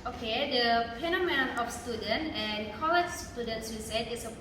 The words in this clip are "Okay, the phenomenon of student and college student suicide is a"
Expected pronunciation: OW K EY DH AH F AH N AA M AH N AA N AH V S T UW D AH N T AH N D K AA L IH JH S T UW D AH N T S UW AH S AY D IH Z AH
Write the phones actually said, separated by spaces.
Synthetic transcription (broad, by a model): OW K EY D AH P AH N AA M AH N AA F S T UW D AH N T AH N K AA L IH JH S T UW D AH N T S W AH S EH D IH S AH